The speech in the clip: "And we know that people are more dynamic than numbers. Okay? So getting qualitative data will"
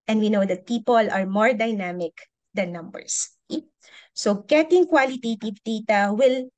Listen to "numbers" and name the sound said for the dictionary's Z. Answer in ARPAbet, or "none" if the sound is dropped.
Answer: S